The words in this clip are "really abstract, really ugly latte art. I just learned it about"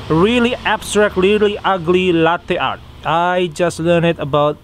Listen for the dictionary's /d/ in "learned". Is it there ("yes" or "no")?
no